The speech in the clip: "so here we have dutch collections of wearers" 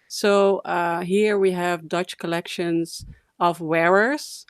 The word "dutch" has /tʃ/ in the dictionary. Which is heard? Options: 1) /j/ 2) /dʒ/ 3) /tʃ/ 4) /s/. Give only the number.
3